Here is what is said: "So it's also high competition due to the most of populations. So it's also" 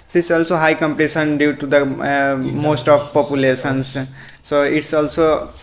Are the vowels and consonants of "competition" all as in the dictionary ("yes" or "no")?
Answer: no